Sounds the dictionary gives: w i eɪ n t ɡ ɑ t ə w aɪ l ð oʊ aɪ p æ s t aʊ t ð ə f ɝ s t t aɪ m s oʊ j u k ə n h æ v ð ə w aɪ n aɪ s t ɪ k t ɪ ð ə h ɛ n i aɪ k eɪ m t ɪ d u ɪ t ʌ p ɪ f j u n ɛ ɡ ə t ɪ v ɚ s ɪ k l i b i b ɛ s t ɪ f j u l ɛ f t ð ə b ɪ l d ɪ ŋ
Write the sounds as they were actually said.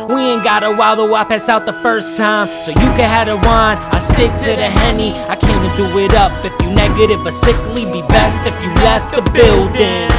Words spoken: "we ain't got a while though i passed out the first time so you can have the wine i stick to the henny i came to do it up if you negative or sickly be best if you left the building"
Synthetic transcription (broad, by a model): w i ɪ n ɡ ɑ t ə w aɪ l ð oʊ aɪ p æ s aʊ t ð ə f ɝ s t t aɪ m s oʊ j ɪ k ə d h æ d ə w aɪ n aɪ s t ɪ k t ɪ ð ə h ɛ n i aɪ k eɪ m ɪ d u ɪ t ʌ p ɪ f j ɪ n ɛ ɡ ə t ɪ v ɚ s ɪ k l i b i b ɛ s t ɪ f j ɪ l ɛ f t ð ə b ɪ l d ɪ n